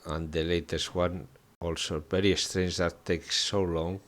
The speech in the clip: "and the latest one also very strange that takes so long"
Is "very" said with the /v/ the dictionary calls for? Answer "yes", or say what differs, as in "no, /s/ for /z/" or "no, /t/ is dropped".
no, /b/ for /v/